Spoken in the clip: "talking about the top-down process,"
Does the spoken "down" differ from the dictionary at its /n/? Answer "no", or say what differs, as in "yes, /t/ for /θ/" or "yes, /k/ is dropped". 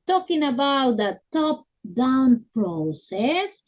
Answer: no